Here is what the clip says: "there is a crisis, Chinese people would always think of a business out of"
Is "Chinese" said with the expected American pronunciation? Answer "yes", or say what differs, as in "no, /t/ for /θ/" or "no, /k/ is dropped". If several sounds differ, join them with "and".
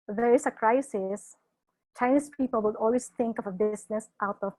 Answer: no, /s/ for /z/